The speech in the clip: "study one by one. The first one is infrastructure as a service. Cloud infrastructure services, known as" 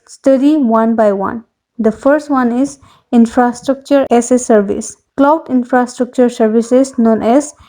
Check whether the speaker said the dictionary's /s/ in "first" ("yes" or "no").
yes